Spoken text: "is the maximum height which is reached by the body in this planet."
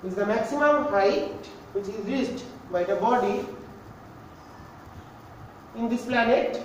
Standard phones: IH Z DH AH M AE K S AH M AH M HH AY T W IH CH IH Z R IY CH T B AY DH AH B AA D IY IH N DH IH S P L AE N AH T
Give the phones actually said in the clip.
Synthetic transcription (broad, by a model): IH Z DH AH M AE K S AH M AH M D AY T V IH CH IH Z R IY S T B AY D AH B AA D IY IH N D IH S P L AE N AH T